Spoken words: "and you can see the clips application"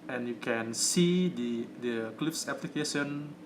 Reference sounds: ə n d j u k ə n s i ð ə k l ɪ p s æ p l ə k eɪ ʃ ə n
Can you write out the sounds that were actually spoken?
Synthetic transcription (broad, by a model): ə n j u k ə n s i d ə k l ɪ f s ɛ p l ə k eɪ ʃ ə n